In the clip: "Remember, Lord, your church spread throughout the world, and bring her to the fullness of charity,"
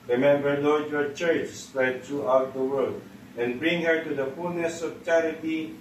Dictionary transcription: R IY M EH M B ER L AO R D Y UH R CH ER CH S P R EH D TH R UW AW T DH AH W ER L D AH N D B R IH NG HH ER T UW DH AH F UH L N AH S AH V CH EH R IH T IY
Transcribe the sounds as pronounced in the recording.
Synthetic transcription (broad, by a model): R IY M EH M B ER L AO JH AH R CH ER CH S P R EH D T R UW AW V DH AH W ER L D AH N B R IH NG HH ER T UW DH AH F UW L N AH S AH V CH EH R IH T IY